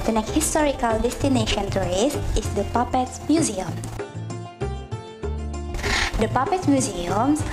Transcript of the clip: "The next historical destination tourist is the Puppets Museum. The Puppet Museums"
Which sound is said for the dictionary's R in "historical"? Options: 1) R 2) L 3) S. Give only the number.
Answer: 1